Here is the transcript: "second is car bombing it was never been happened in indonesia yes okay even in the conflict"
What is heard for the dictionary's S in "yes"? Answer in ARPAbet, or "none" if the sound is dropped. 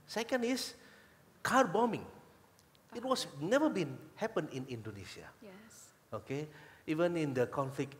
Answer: none